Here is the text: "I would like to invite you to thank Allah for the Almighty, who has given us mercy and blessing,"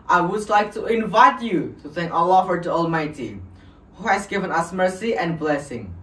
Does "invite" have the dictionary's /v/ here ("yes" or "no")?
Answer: yes